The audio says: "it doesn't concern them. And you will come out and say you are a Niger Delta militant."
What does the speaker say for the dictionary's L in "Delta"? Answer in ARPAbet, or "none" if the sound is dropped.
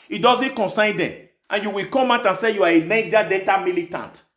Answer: none